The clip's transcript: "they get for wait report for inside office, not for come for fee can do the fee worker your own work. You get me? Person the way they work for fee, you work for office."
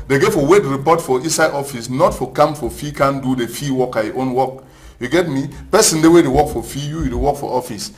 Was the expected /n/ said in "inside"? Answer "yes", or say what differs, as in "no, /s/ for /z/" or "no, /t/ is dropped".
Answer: no, /n/ is dropped